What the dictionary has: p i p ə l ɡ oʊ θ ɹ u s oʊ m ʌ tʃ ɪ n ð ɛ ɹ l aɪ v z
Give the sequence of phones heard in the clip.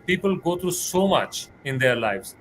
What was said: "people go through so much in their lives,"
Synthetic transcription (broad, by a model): p i p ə l ɡ oʊ t ɹ u s oʊ m ʌ tʃ ɪ n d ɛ ɹ l aɪ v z